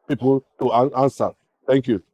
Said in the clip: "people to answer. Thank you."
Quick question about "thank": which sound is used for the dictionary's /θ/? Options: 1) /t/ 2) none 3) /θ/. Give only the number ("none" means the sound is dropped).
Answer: 1